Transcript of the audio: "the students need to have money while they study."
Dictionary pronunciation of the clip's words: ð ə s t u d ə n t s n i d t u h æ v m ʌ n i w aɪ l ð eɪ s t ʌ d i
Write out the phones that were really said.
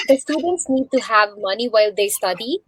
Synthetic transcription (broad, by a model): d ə s t u d ə n t s n i d t u h æ v m ʌ n i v aɪ l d eɪ s t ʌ d i